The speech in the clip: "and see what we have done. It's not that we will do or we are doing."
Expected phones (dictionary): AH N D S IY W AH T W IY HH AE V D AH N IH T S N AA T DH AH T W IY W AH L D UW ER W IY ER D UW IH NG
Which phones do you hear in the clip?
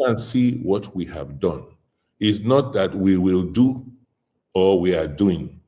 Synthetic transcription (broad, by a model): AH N S IY W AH T W IY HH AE V D AH N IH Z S N AA T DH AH T W IY W AH L D UW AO W IY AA D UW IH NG